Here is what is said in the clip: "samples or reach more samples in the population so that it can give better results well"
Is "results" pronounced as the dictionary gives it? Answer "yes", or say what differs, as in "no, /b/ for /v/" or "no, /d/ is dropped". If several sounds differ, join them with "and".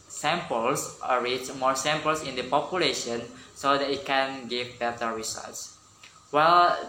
no, /l/ is dropped